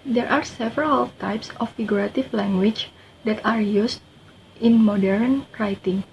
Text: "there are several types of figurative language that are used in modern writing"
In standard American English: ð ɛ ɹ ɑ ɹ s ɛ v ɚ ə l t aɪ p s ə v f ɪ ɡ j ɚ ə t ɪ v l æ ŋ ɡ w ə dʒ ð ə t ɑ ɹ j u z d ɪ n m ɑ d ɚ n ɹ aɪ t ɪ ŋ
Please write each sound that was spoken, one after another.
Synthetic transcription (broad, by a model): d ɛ ɹ ɑ ɹ s ɛ v ɚ ə l t aɪ p s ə f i ɡ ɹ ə t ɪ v l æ ŋ ɡ w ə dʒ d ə t ɑ ɹ j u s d ɪ n m ɑ d ɚ n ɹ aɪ t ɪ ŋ